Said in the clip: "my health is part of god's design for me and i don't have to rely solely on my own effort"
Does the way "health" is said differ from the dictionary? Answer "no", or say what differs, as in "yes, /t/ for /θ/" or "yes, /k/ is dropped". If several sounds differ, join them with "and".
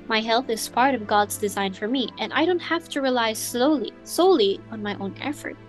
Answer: no